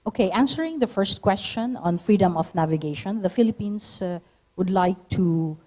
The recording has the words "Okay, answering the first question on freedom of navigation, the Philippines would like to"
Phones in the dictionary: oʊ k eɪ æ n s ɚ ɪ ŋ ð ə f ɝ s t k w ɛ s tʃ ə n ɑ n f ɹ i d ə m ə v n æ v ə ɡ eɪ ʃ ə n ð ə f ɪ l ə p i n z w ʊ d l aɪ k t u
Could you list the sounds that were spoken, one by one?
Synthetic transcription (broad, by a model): oʊ k eɪ æ n s ɚ ɪ ŋ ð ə f ɝ s t k w ɛ s tʃ ə n ɑ n f ɹ i d ə m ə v n æ v ə ɡ eɪ ʃ ə n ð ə f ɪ l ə p i n s w ʊ d l aɪ k t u